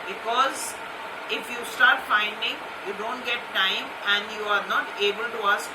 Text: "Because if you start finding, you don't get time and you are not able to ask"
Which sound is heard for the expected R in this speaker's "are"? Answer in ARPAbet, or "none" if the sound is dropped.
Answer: R